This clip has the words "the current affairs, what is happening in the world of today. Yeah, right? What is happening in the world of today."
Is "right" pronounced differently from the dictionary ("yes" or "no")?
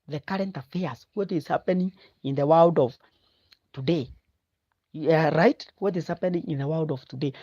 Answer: no